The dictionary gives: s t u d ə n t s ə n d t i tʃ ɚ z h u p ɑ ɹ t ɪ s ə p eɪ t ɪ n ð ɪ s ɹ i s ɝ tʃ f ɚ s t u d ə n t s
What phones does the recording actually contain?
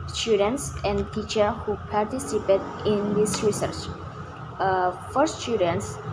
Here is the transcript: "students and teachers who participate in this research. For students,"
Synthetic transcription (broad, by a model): s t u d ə n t s ə n d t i tʃ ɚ h u p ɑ ɹ t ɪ s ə p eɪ t ɪ n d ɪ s ɹ i s ɝ tʃ f ɚ s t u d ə n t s